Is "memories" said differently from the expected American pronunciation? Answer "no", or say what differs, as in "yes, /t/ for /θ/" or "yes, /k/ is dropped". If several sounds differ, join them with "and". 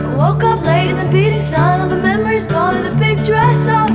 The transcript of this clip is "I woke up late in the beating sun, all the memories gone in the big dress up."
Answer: no